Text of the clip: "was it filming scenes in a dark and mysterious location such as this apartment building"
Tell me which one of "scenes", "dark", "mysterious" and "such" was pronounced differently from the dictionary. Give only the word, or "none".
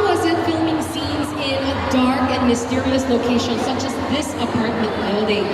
none